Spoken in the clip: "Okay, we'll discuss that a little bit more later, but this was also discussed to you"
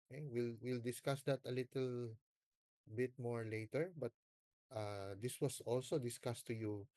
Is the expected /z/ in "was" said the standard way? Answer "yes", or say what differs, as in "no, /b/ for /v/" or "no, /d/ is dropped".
no, /s/ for /z/